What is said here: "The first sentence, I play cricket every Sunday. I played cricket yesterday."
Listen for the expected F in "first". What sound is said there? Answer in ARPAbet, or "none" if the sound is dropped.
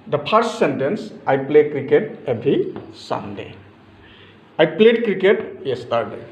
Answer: P